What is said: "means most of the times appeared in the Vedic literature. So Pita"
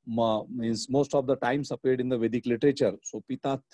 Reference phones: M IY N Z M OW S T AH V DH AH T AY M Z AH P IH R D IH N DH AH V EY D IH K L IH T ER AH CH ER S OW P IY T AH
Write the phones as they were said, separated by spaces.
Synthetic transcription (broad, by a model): M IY N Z M OW S T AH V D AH T AY M S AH P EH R D IH N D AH V EY D IH K L IH T ER AH CH ER S OW P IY T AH